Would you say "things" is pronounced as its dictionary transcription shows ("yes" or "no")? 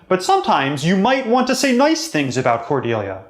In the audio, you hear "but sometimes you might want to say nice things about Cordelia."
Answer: yes